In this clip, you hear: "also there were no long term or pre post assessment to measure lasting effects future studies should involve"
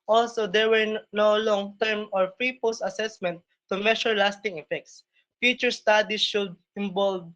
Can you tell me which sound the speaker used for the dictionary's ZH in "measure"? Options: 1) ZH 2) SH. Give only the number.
2